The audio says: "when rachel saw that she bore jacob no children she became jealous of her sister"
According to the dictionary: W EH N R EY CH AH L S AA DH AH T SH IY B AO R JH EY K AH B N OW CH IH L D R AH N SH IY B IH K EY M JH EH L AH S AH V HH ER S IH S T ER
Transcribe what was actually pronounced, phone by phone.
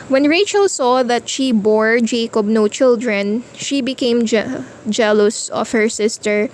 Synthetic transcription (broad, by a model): W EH N R EY CH AH L S AA DH AH T SH IY B AO R JH EY K AH B N OW CH IH L D R AH N SH IY B IH K EY M JH EH L AH S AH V HH ER S IH S T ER